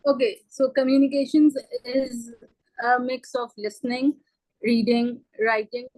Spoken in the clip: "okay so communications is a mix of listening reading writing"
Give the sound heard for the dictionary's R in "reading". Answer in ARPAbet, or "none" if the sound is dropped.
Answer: R